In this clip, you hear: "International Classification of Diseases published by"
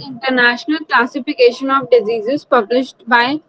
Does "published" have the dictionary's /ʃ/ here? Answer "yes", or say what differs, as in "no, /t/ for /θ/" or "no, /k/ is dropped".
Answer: yes